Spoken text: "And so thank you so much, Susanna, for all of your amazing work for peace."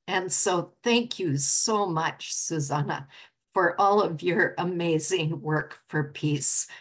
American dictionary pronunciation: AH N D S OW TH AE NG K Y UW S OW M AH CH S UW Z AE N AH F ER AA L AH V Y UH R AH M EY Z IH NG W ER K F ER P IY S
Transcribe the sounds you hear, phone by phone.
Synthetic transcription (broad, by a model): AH N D S OW TH AE NG K Y UW S OW M AH CH S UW Z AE N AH F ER AA L AH V Y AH R AH M EY Z IH NG W ER K F ER P IY S